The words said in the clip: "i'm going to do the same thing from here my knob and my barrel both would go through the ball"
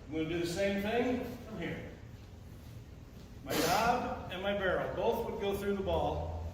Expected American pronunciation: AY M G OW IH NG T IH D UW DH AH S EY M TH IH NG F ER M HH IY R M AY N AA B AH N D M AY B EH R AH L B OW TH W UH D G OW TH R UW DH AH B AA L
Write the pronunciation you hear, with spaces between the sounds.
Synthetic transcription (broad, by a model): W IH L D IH DH AH S EY M TH IH NG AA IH M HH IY R M AY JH AA B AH N M AY B EH R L B OW TH W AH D G OW TH R UW DH AH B AA L